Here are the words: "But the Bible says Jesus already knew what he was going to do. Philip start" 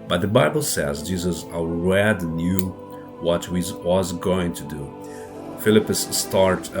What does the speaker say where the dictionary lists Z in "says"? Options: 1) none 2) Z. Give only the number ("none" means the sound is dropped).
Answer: 2